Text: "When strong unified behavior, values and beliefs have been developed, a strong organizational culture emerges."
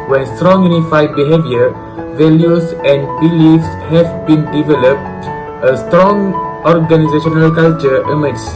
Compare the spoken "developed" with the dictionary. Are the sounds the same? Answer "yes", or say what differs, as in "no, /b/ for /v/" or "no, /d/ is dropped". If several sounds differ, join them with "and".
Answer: yes